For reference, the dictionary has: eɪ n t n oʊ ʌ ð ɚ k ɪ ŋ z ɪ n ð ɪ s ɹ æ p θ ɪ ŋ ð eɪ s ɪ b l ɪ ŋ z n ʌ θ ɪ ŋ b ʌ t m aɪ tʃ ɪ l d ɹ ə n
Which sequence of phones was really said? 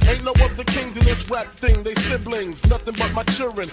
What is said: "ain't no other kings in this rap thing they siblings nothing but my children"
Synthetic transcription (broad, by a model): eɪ n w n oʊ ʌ ð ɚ k ɪ ŋ z ɪ n ð ɪ s ɹ æ p θ ɪ ŋ ð eɪ s ɪ b l ɪ ŋ z n ʌ θ ɪ ŋ b ʌ t m aɪ tʃ ɪ l d ɹ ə n